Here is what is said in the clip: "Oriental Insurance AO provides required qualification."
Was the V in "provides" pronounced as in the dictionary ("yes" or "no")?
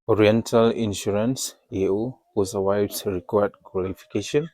no